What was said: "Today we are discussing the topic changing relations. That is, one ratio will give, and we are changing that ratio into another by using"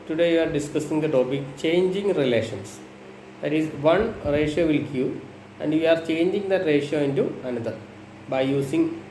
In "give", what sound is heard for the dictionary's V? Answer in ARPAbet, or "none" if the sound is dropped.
none